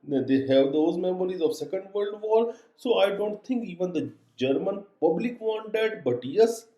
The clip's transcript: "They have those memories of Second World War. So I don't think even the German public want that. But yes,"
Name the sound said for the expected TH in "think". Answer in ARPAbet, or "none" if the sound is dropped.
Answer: T